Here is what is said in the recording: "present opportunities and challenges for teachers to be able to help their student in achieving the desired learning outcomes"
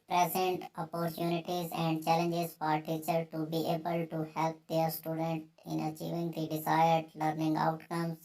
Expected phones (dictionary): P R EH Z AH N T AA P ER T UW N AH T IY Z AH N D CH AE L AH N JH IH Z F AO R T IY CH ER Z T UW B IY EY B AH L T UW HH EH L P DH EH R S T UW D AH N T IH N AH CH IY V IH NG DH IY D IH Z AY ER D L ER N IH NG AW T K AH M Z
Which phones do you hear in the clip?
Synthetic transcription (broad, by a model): P R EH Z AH N T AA P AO T UW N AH T IY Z AH N D CH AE L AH N JH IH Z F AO R T IY CH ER T UW B IY EY B AH L T UW HH EH L P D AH R S T UW D AH N T IH N AH CH IY V IH NG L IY D IH Z AY ER D L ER N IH NG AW T K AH M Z